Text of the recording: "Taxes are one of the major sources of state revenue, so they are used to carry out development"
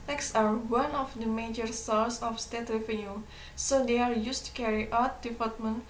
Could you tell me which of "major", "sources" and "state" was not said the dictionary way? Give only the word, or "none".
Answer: sources